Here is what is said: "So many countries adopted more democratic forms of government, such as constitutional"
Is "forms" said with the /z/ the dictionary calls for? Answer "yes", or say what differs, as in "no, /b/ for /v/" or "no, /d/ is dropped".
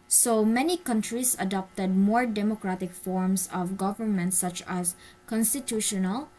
no, /s/ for /z/